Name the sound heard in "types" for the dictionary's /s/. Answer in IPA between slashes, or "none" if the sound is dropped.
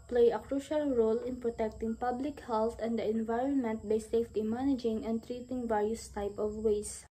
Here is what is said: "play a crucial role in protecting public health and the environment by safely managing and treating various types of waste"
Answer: none